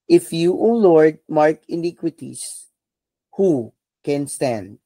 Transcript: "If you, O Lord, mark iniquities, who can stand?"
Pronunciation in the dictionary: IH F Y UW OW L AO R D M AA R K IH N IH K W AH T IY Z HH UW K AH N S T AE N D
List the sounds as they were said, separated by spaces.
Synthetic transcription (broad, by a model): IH F Y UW OW L AO R D M AA R K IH N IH K W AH T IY S HH UW K AH N S T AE N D